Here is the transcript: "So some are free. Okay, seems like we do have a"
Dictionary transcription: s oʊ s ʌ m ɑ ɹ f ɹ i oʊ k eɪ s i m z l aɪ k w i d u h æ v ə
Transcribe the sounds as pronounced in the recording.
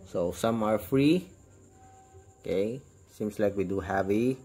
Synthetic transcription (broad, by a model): s oʊ s ʌ m ɑ ɹ f ɹ i oʊ k eɪ s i m s l aɪ k w i d u h æ v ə